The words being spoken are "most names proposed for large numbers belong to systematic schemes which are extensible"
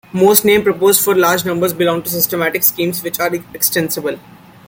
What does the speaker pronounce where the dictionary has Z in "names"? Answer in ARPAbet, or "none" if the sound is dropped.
none